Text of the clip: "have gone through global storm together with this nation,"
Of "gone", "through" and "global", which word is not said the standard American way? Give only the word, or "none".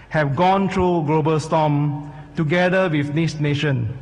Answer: through